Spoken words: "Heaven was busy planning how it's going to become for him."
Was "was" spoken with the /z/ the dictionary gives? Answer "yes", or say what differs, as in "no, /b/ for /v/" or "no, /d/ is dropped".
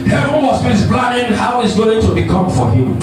no, /s/ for /z/